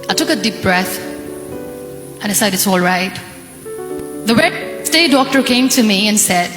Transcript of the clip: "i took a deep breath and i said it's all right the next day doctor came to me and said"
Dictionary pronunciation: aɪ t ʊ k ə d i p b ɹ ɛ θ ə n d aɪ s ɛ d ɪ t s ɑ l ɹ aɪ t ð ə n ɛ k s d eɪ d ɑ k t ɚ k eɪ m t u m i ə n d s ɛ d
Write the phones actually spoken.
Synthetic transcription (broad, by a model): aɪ t ʊ k ə d i p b ɹ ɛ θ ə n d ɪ s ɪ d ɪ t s ɑ l ɹ aɪ t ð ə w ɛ s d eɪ d ɑ k t ɚ k eɪ m t u m i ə n s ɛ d